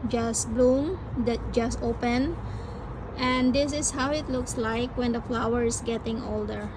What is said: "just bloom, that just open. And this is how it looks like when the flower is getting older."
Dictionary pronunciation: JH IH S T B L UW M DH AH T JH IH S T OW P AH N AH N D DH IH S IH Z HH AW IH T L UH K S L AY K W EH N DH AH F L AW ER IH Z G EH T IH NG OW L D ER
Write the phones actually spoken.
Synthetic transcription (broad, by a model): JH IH S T B L UW M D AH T JH IH S T OW P AH N AH N D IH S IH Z HH AW IH T L UH K S L AY K W EH N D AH F L AW ER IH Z G EH T IH NG OW L D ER